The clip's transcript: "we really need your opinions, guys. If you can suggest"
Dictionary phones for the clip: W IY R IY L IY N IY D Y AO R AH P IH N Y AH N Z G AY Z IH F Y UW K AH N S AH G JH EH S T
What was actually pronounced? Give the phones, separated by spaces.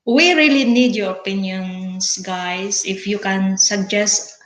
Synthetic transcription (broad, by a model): W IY R IY L IY N IY D Y AO R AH P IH N Y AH N S G AY S IH F Y UW K AH N S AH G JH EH S T